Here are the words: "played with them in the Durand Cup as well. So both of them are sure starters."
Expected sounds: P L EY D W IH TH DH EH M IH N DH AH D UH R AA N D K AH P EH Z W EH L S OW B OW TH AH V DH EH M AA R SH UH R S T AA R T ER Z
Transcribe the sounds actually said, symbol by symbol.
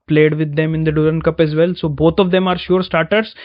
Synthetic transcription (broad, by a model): P L EY D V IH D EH M IH N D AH D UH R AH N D K AH P EH Z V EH L S OW B OW T AH V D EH M AA R SH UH R S T AA R T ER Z